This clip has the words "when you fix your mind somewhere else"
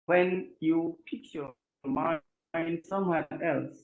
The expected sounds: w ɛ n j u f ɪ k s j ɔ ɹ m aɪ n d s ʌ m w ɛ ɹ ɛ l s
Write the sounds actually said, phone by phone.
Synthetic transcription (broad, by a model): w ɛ n j u p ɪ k j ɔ m aɪ n d s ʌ m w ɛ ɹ ɛ l s